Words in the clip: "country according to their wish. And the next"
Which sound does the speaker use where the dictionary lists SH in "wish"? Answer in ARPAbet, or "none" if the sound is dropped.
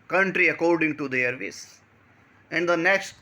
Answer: S